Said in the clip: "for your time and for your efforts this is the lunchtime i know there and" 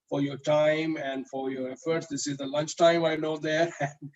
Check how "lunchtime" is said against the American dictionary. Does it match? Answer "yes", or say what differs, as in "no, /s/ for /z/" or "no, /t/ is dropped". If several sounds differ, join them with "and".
yes